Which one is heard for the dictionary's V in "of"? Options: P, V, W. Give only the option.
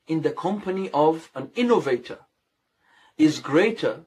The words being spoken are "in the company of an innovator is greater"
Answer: V